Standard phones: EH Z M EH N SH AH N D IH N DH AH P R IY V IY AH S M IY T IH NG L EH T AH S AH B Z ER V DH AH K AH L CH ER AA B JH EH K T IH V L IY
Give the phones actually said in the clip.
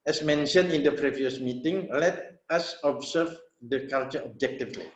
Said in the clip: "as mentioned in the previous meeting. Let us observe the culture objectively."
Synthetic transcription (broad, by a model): EH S M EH N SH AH N IH N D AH P R IY V IY AH S M IY T IH NG L EH T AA S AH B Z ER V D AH K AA L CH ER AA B JH EH K T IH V L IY